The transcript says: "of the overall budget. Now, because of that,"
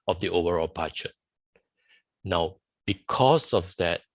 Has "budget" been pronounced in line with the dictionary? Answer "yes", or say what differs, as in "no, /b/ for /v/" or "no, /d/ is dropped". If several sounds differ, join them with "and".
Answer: no, /tʃ/ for /dʒ/